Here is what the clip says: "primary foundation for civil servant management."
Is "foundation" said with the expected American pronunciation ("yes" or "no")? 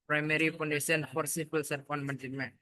no